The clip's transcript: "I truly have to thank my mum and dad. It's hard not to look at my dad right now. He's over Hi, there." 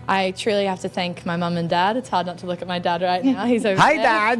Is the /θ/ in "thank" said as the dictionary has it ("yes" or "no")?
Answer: yes